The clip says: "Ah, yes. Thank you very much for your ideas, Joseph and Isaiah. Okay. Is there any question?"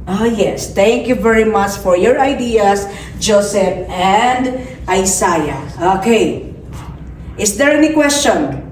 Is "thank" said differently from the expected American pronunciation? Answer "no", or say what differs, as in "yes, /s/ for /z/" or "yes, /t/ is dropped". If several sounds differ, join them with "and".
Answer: yes, /t/ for /θ/